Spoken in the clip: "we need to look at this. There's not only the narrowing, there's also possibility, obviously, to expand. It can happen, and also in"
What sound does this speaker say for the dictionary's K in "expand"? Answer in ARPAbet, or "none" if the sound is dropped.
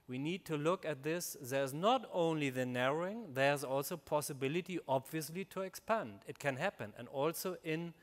K